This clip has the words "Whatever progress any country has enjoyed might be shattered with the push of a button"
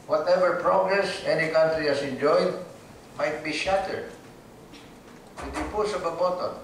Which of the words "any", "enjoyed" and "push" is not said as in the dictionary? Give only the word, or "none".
push